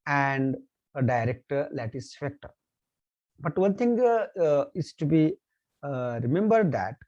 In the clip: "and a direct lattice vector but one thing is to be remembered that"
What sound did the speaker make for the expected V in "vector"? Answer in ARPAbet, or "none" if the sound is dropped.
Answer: F